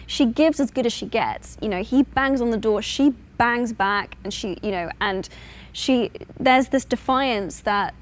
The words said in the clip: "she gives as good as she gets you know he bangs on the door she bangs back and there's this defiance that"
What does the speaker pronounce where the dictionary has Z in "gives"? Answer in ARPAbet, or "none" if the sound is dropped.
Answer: Z